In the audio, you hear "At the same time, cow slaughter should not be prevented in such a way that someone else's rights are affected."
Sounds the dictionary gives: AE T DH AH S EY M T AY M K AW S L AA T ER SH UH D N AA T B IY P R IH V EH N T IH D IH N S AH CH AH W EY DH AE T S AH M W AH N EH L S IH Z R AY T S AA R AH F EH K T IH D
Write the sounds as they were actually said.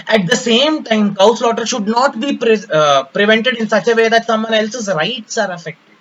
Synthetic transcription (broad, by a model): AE T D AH S EY M T AY M K AW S L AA T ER SH UH D N AA T B IY P R IH V EH N T IH D IH N S AH CH AH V EY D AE T S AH M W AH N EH L S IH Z R AY T S AA R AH F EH K T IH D